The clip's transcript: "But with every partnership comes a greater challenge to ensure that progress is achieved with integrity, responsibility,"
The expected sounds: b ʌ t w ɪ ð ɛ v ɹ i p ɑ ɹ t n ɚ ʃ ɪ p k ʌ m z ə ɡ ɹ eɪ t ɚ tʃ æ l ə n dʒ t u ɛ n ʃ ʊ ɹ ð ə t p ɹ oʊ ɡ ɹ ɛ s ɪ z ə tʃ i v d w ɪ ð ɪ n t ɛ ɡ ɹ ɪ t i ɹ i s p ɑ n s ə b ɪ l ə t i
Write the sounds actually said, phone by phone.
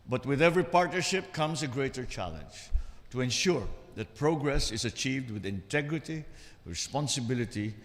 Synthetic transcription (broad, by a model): b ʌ t w ɪ ð ɛ v ɹ i p ɑ ɹ t n ɚ ʃ ɪ p k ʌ m s ə ɡ ɹ eɪ t ɚ tʃ æ l ə n dʒ t u ɛ n ʃ ʊ ɹ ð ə t p ɹ oʊ ɡ ɹ ɛ s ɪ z ə tʃ i v d w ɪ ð ɪ n t ɛ ɡ ɹ ɪ t i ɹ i s p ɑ n s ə b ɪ l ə t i